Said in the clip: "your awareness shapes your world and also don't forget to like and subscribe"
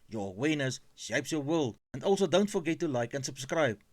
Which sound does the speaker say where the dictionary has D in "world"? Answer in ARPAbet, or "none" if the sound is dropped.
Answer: none